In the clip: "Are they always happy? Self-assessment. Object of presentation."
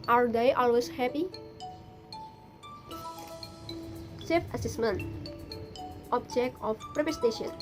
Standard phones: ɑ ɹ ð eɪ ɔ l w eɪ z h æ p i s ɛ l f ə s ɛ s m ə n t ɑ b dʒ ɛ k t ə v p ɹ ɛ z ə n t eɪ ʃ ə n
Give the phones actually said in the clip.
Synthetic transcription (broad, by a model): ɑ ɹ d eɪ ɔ l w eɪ s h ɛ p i s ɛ f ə s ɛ s m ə n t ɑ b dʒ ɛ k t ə f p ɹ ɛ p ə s t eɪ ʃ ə n